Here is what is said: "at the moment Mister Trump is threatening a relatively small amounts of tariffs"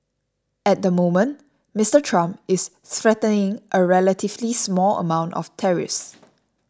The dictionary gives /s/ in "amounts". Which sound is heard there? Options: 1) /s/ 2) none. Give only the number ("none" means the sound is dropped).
2